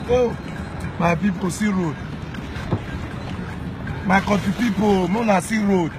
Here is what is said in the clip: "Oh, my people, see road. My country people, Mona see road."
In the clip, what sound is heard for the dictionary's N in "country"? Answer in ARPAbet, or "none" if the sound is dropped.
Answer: none